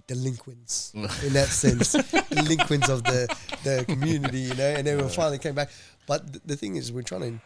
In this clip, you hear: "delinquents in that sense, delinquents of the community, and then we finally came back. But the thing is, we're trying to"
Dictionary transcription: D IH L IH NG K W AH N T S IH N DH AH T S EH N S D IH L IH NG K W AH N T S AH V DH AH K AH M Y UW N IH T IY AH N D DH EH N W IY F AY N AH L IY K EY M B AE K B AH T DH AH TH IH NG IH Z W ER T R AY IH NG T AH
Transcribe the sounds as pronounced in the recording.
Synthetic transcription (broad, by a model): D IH L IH NG K W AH N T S IH N DH AH T S EH N S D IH L IH NG K W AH N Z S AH V DH AH K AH M Y UW N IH T IY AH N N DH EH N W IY F AY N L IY K EY M B AE K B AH T DH AH TH IH NG IH Z W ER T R AY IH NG